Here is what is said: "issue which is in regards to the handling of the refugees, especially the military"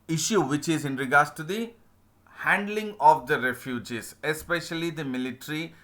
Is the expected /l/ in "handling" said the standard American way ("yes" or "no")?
yes